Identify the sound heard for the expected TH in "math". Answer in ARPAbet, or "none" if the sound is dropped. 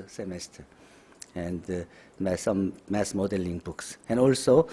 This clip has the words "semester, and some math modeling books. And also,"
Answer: S